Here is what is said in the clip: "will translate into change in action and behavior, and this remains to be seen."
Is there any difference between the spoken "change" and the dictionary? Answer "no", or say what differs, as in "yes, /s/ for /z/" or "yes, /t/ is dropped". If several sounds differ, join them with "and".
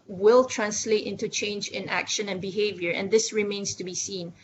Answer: no